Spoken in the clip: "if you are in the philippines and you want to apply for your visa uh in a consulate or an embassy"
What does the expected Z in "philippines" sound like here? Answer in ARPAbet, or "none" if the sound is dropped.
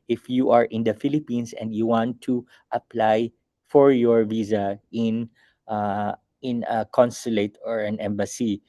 S